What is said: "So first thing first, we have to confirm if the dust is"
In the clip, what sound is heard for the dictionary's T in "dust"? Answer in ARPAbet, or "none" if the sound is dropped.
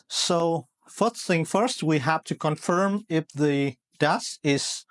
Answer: none